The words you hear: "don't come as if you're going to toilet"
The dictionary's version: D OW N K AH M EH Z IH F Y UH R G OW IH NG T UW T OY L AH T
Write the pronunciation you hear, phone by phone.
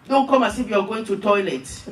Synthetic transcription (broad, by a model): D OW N K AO M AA S IH F Y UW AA G OW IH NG T UW T OY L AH T